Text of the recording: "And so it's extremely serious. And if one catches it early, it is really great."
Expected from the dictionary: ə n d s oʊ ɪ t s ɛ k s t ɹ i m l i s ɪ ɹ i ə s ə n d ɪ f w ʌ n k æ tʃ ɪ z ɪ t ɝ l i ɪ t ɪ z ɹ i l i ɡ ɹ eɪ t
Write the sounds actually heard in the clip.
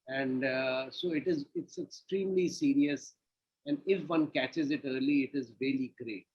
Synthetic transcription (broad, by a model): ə n d s oʊ ɪ t s ɛ k s t ɹ i m l i s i ɹ i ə s ə n d ɪ f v ʌ n k æ tʃ ɪ z ɪ t ɝ l i ɪ t ɪ z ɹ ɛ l i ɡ ɹ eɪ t